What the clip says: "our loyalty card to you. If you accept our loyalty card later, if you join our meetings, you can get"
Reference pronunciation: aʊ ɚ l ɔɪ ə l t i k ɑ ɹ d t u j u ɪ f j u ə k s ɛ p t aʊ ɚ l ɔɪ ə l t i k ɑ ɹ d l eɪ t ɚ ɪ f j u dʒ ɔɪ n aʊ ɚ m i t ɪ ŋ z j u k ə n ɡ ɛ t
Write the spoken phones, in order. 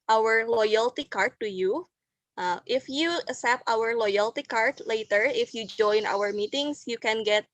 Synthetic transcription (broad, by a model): aʊ ɚ l ɔɪ ə l t i k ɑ ɹ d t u j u ɪ f j u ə s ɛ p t aʊ ɚ l ɔɪ ə l t i k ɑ ɹ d l eɪ t ɚ ɪ f j u dʒ ɔɪ n aʊ ɚ m i t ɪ ŋ s j u k ə n ɡ ɛ t